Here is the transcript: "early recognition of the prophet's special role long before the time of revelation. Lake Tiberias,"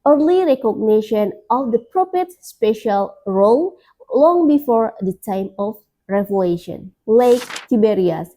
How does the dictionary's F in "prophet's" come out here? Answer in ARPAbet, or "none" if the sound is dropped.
P